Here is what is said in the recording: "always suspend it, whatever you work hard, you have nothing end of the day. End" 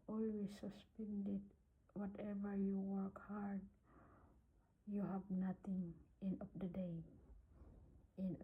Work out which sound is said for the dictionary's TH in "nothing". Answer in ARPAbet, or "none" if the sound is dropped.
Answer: T